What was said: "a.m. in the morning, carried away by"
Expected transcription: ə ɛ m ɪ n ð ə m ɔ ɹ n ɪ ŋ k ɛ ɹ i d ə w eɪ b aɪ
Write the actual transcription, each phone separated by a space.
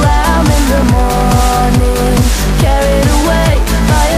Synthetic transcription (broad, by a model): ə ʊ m ɪ n ð ə m ɔ n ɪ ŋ k ɛ ɹ i d ə w eɪ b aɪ